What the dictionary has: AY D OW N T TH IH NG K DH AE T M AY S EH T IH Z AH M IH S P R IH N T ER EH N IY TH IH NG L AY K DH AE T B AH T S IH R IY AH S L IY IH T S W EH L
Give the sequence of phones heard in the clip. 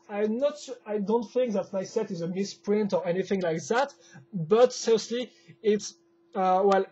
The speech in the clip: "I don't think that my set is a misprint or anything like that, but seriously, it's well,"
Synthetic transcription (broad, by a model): AY D OW N T TH IH NG K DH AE T M AY S EH T IH Z AH M IH S P R IH N T ER EH N IY TH IH NG L AY K DH AE T B AH T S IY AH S L IY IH T S W EH L